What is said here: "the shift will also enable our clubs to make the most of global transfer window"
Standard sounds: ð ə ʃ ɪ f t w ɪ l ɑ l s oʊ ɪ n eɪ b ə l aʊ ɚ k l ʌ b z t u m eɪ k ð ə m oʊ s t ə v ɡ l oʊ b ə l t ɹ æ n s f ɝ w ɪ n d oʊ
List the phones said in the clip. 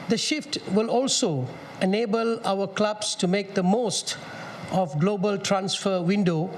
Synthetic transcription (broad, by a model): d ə ʃ ɪ f t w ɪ l ɑ l s oʊ ɪ n eɪ b ə l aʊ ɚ k l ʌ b s t u m eɪ k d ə m oʊ s t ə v ɡ l oʊ b ə l t ɹ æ n s f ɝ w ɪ n d oʊ